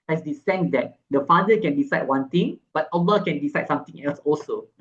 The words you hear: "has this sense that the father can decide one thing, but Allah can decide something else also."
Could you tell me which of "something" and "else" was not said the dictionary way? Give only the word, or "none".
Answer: something